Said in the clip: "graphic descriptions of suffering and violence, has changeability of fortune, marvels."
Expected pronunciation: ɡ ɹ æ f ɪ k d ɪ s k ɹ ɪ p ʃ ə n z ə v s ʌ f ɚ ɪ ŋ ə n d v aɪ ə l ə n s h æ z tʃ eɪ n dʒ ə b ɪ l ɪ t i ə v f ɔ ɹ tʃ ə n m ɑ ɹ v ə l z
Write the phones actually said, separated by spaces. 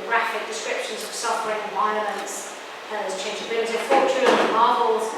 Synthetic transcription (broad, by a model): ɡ ɹ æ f ɪ k d ɪ s k ɹ ɪ p ʃ ə n z ə v s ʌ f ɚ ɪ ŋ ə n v aɪ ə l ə n s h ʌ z tʃ eɪ n dʒ ə b ɪ l ɪ t i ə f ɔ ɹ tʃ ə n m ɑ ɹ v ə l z